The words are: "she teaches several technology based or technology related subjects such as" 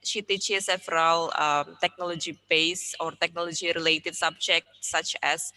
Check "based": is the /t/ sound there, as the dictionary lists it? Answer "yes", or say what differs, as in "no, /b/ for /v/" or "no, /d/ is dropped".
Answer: no, /t/ is dropped